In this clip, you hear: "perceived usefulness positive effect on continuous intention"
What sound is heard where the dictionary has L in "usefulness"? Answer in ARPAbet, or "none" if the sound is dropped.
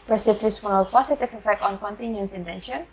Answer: none